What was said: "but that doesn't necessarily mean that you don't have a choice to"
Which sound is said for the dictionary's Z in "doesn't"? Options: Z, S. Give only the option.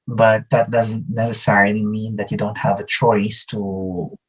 Z